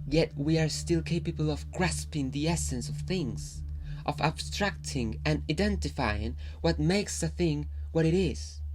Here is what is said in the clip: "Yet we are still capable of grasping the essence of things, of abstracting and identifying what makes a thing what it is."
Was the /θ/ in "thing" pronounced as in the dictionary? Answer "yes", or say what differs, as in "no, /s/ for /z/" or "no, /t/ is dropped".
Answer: yes